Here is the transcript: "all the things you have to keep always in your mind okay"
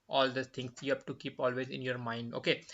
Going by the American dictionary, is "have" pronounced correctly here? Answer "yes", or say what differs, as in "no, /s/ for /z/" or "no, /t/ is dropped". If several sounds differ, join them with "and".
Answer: no, /p/ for /v/